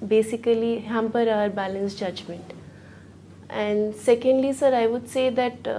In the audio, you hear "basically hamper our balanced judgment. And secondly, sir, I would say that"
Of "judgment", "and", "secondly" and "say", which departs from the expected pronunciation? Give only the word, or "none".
none